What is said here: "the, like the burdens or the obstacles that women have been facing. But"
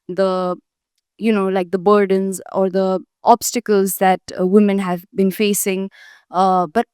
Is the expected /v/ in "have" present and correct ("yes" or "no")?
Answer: yes